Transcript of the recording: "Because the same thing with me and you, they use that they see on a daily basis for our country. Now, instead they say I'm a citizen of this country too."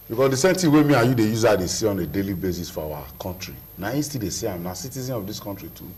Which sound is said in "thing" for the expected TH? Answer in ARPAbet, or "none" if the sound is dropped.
T